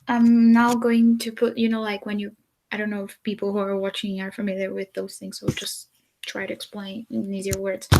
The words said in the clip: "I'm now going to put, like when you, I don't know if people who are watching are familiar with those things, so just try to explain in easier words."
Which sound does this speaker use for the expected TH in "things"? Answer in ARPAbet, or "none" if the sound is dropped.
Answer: TH